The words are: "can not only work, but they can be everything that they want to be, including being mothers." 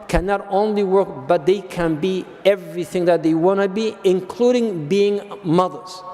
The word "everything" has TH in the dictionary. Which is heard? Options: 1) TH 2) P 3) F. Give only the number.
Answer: 1